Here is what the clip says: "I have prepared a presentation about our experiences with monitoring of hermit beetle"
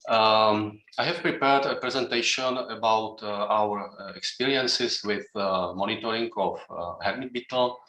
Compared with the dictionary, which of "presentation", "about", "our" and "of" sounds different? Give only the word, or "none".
of